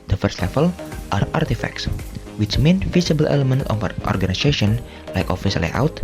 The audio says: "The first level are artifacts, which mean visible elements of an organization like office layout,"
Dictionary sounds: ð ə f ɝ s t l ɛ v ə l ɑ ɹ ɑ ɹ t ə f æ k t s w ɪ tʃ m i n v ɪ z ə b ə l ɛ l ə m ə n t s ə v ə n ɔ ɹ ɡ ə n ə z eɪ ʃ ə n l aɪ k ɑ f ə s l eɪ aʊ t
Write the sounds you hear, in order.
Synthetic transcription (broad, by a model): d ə f ɝ s t l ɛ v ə l ɑ ɹ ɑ ɹ t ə f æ k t s w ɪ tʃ m i n f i s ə b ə l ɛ l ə m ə n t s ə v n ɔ ɹ ɡ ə n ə s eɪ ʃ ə n l aɪ k ɑ f ə s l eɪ aʊ t